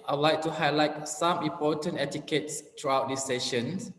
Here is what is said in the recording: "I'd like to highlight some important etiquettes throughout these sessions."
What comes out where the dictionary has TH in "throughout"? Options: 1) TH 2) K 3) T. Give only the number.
3